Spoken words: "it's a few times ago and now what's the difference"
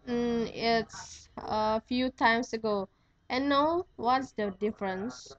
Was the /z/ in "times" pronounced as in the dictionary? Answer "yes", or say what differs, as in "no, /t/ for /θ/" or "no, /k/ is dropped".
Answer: no, /s/ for /z/